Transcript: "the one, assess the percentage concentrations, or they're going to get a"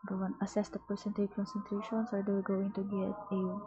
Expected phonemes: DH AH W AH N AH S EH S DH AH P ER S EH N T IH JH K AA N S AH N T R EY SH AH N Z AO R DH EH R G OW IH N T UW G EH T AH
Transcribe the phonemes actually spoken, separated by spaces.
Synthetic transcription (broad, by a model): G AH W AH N AH S EH S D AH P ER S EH N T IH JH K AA N S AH N T R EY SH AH N S AO R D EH W G OW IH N T UW G EH T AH